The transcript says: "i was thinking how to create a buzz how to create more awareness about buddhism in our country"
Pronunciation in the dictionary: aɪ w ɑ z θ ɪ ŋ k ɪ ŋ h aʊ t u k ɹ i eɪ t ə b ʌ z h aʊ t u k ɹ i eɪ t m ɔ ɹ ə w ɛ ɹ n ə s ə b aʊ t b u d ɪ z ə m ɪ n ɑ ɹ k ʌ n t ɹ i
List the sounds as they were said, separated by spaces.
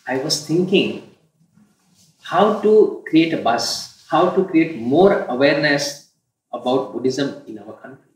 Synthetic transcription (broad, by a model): aɪ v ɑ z t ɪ ŋ k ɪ ŋ h aʊ t u k ɹ i eɪ t ə b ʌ s h aʊ t u k ɹ i eɪ t m ɔ ɹ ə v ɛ ɹ n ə s ə b aʊ t b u d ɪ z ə m ɪ n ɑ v k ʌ n t ɹ i